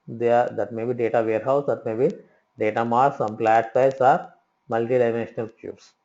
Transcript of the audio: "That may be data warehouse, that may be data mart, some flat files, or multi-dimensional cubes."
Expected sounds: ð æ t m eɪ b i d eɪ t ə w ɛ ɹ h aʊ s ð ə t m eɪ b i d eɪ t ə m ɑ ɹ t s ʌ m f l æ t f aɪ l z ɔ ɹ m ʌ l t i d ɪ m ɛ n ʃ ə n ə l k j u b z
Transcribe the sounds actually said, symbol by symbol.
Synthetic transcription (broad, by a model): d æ t m eɪ b i d eɪ t ə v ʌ ɹ h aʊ s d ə t m eɪ b i d eɪ t ə m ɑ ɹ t s ʌ m p l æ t p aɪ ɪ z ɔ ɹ m ʌ l t i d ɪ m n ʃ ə n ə l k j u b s